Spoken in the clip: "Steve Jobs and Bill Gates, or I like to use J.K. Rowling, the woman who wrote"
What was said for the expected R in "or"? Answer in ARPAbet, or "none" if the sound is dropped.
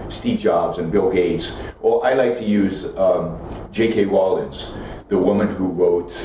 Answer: L